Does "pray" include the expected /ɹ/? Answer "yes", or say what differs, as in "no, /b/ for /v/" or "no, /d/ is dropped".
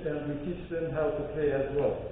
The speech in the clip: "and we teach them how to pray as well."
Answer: no, /l/ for /ɹ/